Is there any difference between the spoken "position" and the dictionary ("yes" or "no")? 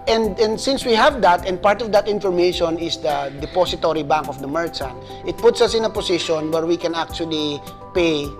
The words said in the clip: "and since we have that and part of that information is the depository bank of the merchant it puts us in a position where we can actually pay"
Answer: yes